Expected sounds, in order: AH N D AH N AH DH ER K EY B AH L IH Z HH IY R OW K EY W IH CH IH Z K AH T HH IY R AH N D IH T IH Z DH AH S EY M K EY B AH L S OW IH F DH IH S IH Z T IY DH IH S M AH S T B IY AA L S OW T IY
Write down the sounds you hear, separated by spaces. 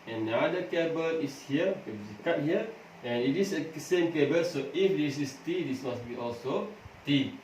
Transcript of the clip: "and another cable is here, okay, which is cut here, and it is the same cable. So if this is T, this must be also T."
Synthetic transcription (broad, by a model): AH N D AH AA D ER K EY B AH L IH S HH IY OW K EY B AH S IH K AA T HH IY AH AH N IH T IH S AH S EY M K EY B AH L S OW IH F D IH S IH S T IY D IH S M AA S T B IY AA L S OW T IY